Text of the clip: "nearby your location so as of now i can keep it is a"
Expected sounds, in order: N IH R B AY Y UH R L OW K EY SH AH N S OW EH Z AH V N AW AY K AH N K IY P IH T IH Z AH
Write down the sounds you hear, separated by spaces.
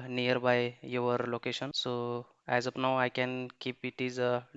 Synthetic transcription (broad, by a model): N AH R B AY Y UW R L OW K EY SH AH N S OW EH Z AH P N AW AY K AH N K IY P IH T IH Z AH